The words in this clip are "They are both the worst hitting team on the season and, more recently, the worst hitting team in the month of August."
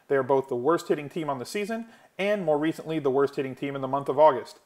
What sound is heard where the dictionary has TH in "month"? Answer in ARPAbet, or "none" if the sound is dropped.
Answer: TH